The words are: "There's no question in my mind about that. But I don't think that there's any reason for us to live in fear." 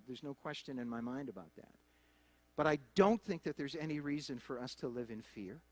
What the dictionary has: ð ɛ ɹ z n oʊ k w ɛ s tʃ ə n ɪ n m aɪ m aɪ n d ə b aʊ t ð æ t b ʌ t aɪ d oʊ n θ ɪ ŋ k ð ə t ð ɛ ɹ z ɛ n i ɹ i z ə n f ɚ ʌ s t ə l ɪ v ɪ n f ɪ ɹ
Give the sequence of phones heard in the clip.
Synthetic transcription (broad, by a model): ð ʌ ɹ z n oʊ k w ɛ s tʃ ə n ɪ n m aɪ m aɪ n d ə b aʊ t ð æ t b ʌ t aɪ d oʊ n θ ɪ ŋ k ð ə t ð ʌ ɹ z ɛ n i ɹ i z ə n f ɚ ʌ s t ə l ɪ v ɪ n f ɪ ɹ